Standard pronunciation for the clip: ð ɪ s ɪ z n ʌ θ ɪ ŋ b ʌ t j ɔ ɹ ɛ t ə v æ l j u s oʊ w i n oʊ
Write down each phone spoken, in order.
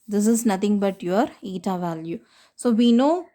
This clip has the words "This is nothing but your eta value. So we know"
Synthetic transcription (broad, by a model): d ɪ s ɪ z n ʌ t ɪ ŋ b ʌ t j ɔ ɹ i t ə v æ l j u s oʊ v i n oʊ